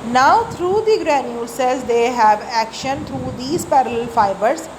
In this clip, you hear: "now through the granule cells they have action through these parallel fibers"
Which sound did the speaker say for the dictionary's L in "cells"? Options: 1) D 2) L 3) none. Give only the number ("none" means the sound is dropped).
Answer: 3